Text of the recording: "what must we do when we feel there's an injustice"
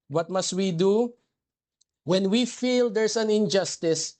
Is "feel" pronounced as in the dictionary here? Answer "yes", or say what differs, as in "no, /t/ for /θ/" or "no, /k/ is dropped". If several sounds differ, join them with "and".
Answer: yes